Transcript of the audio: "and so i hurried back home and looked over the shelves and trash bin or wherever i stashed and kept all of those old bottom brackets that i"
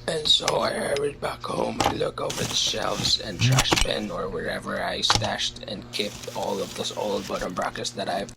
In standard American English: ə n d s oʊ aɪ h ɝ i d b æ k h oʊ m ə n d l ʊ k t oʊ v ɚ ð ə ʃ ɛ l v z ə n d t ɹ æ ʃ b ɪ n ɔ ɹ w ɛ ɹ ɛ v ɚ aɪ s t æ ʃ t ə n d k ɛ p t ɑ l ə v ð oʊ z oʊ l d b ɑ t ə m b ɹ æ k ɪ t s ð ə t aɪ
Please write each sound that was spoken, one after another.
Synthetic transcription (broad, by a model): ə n s oʊ aɪ h ɝ i d b æ k h oʊ m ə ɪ l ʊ k oʊ v ɚ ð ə ʃ ɛ l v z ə n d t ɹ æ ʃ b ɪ n ɔ ɹ w ɛ ɹ ɛ v ɚ aɪ s t æ ʃ t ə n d k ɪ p t ɑ l ə v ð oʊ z oʊ l d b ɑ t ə m b ɹ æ k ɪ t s ð ə t aɪ